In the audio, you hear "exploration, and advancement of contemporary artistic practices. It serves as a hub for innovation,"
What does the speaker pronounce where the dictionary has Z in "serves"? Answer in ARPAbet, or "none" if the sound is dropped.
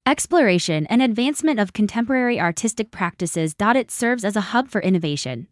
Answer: Z